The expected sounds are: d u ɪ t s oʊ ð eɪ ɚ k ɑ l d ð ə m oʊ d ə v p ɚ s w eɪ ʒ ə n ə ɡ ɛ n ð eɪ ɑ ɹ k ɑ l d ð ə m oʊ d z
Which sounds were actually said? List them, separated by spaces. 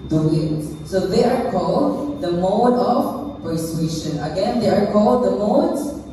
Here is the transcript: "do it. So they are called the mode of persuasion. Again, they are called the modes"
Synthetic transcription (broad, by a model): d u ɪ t s oʊ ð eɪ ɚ k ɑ l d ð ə m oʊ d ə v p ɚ s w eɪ ʃ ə n ə ɡ ɛ n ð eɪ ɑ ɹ k ɑ l d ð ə m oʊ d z